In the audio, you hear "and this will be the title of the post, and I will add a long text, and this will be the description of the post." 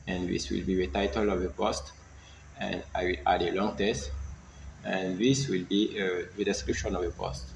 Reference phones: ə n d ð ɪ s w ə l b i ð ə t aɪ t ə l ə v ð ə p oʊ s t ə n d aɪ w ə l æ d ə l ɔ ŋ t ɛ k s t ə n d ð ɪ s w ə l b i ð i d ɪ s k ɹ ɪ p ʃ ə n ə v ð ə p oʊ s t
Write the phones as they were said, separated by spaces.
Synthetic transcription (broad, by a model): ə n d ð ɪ s w ə l b i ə t aɪ t ə l ə v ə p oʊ s t ə n d aɪ w ə l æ d ə l ɔ ŋ t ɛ s t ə n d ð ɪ s w ə l b i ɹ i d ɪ s k ɹ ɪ p ʃ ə n ə v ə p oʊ s t